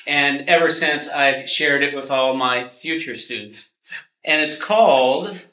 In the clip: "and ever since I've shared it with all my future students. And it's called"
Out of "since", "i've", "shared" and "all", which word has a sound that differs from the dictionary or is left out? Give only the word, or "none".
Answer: none